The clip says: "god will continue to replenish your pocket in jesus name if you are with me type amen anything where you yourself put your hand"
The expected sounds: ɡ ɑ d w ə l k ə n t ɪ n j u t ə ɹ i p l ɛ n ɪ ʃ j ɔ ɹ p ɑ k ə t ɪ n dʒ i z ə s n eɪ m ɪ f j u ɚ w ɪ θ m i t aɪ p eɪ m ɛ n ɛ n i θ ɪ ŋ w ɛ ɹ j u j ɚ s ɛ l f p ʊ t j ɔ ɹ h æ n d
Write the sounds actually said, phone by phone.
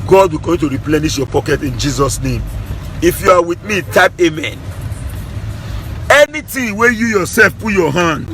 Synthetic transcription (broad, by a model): ɡ ɑ d w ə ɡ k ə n t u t ɹ i p l ɛ n ɪ ʃ j ɔ p ɑ k ə t ɪ n dʒ i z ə s n eɪ m ɪ f j u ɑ w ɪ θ m i t aɪ p eɪ m ɛ n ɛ n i t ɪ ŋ w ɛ j u j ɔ s ɛ l f p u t j ɔ h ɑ n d